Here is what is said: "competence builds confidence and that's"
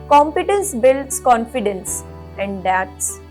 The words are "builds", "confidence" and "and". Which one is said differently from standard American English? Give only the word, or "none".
builds